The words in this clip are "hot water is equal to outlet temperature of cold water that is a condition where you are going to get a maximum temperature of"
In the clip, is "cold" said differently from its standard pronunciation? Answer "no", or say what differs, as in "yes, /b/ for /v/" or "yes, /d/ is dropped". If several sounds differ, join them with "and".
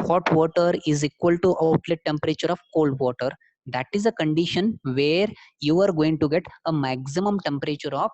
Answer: no